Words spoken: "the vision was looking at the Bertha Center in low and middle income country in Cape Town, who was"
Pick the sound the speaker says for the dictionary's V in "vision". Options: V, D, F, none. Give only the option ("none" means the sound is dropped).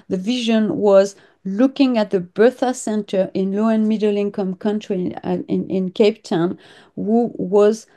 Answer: V